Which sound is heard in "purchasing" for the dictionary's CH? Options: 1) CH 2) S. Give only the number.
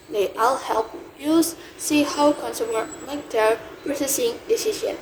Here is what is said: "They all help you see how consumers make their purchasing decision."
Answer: 2